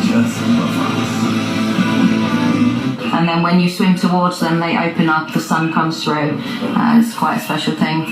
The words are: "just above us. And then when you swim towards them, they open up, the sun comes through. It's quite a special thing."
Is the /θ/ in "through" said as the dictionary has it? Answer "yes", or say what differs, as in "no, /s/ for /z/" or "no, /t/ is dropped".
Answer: yes